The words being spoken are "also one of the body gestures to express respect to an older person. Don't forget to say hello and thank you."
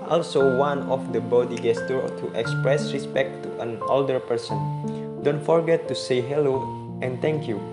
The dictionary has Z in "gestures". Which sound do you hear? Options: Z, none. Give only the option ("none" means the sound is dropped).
none